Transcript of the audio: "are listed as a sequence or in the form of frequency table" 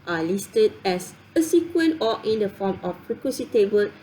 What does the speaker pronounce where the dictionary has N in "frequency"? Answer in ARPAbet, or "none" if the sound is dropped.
none